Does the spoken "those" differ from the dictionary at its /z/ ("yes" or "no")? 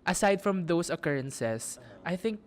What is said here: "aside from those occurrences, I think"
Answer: yes